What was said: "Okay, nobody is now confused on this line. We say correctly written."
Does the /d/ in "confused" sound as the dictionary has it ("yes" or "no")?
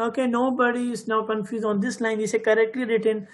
no